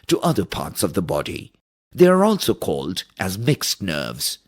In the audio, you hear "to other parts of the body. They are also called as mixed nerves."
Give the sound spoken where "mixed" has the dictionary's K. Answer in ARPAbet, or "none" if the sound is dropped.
K